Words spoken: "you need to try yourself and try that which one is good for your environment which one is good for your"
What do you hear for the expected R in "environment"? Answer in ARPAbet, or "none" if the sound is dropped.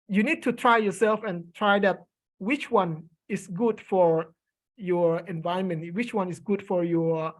none